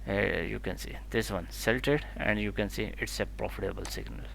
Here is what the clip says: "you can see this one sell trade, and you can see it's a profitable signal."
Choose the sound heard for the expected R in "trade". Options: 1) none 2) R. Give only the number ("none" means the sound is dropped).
1